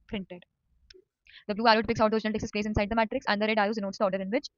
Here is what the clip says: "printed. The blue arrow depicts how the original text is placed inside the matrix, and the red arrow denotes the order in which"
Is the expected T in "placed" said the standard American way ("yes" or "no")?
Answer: no